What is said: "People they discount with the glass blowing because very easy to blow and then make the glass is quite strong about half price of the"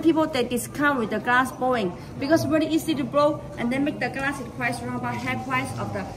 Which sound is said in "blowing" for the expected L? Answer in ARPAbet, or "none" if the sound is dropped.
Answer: none